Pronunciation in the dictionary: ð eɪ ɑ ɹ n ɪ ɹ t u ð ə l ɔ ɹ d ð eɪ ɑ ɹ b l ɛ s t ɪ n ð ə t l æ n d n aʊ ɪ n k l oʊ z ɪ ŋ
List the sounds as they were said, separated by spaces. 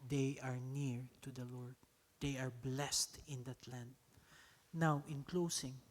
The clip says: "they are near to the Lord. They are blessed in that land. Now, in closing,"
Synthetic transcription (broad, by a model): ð eɪ ɑ ɹ n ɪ ɹ t u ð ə l ɔ ɹ d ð eɪ ɑ ɹ b l ɛ s t ɪ n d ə t l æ n d n aʊ ɪ n k l oʊ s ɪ ŋ